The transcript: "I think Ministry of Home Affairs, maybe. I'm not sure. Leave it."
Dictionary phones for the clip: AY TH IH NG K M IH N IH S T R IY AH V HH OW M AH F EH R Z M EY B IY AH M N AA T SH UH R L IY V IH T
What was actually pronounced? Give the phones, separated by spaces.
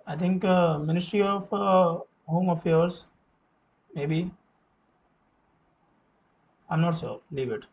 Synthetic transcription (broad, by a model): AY T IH NG K M IH N IH S T R IY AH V HH OW M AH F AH R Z M EY B IY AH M N AA T S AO L IY V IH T